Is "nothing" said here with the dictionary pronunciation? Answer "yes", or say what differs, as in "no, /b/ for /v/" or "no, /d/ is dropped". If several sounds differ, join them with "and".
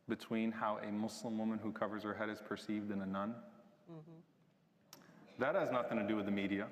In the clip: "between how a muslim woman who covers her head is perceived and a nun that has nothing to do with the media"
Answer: yes